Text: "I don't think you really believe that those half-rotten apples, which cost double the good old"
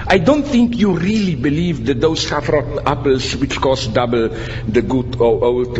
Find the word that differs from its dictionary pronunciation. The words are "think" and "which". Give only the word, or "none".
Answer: none